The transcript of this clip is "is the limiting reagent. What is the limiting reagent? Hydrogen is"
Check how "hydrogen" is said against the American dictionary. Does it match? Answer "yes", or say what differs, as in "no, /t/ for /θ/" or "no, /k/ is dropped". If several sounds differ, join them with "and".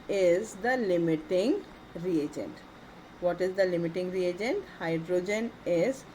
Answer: yes